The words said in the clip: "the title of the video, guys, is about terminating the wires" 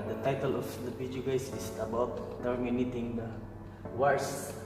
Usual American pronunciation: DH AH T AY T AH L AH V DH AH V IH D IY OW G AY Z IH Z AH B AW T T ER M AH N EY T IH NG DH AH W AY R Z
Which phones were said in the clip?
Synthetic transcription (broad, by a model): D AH T AY T AH L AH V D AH P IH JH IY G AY S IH S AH B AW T T ER M AH N EY T IH NG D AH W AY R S